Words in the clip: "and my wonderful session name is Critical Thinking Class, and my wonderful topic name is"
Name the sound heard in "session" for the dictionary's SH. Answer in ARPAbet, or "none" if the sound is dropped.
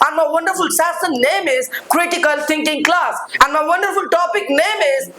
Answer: S